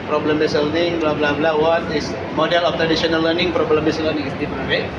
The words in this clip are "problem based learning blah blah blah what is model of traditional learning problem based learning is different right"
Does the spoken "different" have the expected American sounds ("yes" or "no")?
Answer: no